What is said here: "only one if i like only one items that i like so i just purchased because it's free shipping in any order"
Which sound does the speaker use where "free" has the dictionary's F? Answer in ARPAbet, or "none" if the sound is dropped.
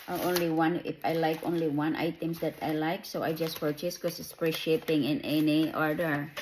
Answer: P